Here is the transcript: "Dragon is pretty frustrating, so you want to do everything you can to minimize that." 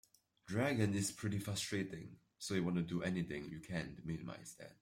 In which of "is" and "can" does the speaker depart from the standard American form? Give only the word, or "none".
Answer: is